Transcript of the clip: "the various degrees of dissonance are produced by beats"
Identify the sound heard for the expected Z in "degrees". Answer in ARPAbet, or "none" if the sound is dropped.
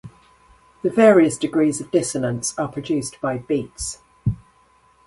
Z